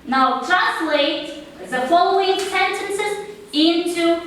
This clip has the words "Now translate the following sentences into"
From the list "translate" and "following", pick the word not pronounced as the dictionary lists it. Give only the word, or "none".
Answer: translate